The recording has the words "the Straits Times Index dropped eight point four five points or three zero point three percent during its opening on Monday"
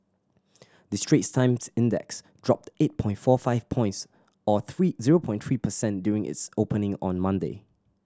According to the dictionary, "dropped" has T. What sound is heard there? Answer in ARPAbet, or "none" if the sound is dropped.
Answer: T